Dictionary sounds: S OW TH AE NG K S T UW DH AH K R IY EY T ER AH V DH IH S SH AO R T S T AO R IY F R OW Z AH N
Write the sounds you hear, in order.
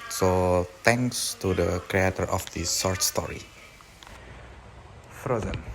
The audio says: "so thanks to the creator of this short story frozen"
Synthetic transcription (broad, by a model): S OW T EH NG K S T UW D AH K R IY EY T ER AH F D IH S S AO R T S T AO R IY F R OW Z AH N